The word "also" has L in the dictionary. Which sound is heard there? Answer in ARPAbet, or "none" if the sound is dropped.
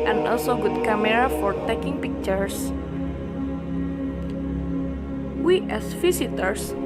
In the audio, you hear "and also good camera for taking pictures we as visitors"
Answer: L